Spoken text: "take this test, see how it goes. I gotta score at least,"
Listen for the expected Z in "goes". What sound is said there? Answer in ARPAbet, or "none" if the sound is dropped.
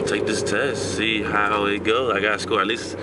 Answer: none